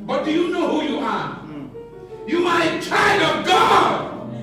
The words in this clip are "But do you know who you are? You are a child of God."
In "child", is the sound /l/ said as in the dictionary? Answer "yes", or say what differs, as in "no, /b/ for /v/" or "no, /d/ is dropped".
no, /l/ is dropped